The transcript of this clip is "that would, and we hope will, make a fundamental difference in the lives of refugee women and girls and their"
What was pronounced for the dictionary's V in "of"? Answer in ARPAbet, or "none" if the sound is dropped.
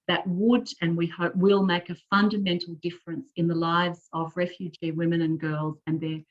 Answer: V